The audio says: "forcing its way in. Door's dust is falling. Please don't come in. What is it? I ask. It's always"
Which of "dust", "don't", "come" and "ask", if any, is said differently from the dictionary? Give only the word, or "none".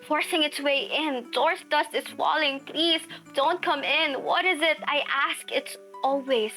none